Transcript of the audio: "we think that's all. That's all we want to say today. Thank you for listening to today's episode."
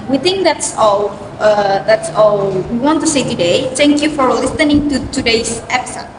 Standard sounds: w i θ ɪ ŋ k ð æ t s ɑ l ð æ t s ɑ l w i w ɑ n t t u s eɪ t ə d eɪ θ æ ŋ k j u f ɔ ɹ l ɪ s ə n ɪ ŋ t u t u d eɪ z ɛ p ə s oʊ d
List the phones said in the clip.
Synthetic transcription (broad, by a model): w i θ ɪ ŋ k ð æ t s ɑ l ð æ t s ɑ l w i w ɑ n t t u s eɪ t ə d eɪ t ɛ ŋ k j u f ɔ ɹ l ɪ s ə n ɪ ŋ t u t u d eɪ s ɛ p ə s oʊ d